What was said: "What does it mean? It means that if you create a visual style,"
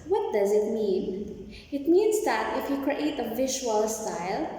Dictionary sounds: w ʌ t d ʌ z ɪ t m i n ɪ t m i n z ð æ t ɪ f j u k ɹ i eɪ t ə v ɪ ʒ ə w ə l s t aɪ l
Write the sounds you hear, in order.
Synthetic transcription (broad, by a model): w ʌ t d ʌ z ɪ t m i n ɪ t m i n z ð æ t ɪ f j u k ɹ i eɪ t ə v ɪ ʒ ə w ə l s t aɪ l